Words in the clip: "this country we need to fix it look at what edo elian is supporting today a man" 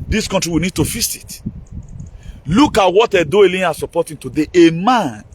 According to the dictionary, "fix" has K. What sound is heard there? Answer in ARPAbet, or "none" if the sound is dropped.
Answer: none